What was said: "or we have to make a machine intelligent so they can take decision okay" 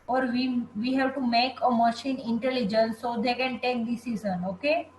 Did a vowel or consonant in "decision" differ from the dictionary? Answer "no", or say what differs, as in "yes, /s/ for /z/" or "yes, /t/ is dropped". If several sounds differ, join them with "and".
yes, /z/ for /ʒ/